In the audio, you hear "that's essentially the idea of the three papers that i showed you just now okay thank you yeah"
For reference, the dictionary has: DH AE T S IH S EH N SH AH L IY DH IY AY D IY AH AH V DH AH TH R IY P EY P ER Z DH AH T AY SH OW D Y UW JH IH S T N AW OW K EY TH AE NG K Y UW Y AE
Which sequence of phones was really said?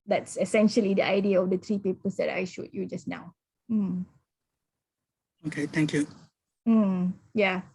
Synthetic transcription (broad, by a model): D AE T S IH S EH N SH AH L IY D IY AY D IY AH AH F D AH T R IY P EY P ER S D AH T AY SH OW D Y UW JH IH S N AW OW K EY T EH NG K Y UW Y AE